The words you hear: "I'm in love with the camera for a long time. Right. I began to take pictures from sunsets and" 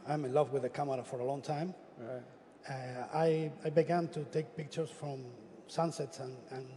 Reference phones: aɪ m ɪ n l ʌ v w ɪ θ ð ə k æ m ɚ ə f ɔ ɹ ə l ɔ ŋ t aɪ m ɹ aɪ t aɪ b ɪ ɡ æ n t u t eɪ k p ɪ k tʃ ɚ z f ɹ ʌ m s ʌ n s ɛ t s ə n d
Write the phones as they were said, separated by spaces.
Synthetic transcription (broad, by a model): aɪ m ɪ n l ʌ v w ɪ ð ə k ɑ m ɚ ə f ɔ ɹ ə l ɔ ŋ t aɪ m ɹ aɪ aɪ b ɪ ɡ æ n t u t eɪ k p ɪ k tʃ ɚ s f ɹ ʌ m s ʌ n s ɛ t s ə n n